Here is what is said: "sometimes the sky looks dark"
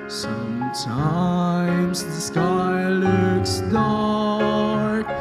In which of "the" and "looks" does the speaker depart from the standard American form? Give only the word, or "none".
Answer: none